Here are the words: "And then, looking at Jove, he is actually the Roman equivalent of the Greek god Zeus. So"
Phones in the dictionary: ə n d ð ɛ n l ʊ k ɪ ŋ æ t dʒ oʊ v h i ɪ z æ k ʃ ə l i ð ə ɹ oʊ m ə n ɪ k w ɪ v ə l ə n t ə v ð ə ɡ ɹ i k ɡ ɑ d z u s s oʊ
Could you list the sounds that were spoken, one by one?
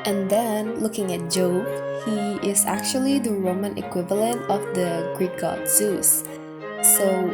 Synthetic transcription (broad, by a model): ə n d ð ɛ n l ʊ k ɪ ŋ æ t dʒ oʊ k h i ɪ z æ k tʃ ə l i ð ə ɹ oʊ m ə n ɪ k w ɪ v ə l ə n t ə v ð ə ɡ ɹ i k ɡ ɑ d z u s s oʊ